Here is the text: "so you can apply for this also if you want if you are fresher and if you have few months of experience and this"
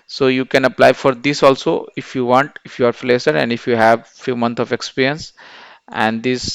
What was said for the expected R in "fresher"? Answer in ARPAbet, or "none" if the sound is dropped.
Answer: L